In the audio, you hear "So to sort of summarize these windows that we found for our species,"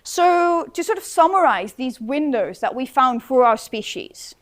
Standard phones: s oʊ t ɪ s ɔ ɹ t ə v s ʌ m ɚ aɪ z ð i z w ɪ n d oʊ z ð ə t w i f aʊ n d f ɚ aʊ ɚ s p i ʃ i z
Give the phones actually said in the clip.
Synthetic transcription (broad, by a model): s oʊ t ɪ s ɔ ɹ t ə v s ʌ m ɚ aɪ z ð i z w ɪ n d oʊ z ð ə t w i f aʊ n d f ɚ aʊ ɚ s p i ʃ i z